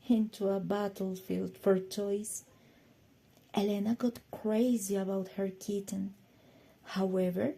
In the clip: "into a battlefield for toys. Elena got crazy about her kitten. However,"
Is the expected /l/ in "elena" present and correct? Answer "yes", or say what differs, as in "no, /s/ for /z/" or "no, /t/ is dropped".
yes